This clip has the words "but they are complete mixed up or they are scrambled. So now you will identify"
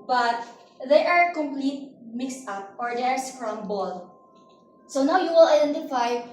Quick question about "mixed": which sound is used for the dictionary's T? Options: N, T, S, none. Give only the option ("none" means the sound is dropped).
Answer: T